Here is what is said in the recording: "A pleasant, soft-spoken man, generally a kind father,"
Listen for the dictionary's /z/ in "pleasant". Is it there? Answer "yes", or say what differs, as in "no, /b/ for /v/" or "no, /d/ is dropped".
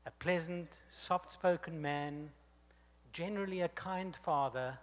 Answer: yes